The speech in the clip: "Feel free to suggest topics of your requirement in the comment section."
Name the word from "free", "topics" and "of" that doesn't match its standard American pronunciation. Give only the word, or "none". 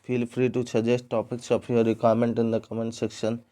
of